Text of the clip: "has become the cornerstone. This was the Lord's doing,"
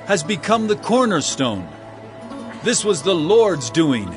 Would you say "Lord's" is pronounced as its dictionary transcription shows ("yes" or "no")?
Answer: yes